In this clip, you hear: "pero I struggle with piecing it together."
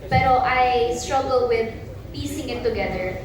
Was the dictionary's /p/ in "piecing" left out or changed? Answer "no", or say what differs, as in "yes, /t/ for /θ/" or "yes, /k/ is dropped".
no